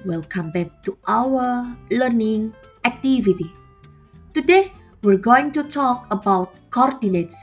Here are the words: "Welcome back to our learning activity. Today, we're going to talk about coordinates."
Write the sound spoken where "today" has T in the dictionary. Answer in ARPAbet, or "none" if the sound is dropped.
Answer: T